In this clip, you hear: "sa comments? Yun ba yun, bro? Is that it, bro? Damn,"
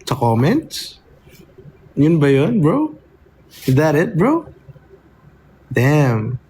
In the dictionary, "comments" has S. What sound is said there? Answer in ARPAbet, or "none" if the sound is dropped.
none